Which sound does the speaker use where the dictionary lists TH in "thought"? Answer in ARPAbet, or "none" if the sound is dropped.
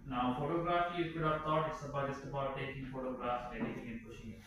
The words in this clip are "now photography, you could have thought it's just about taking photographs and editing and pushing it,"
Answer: T